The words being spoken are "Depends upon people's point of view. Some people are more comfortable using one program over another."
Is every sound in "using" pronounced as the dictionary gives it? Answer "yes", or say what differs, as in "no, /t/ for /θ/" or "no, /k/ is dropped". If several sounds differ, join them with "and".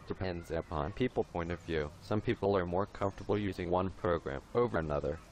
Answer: yes